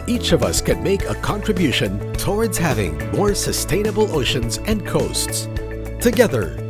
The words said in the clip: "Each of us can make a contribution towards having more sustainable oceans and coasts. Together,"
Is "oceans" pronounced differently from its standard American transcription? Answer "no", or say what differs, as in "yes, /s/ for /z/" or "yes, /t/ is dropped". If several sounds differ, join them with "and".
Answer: no